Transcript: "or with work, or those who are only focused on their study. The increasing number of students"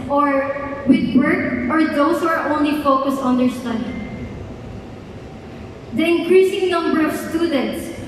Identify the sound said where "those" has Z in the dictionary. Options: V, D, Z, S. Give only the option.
S